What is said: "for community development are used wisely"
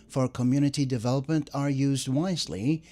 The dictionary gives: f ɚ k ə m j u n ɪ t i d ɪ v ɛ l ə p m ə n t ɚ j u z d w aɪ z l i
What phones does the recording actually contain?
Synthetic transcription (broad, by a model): f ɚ k ə m j u n ɪ t i d ɪ v ɛ l ə p m ə n t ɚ j u z d w aɪ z l i